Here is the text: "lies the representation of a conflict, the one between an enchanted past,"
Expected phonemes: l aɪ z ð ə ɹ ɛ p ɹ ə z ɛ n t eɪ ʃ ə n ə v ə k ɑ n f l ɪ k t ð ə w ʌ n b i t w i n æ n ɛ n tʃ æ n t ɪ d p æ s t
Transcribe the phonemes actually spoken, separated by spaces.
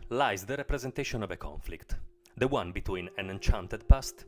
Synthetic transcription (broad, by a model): l aɪ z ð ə ɹ ɛ p ɹ ə z ɛ n t eɪ ʃ ə n ə v ə k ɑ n f l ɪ k t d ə w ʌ n b i t w i n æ n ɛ n tʃ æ n t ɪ d p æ s t